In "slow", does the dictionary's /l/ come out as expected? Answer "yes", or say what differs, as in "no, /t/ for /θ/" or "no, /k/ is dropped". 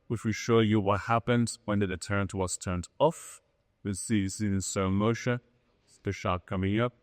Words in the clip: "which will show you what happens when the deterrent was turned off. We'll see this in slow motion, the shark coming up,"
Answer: no, /l/ is dropped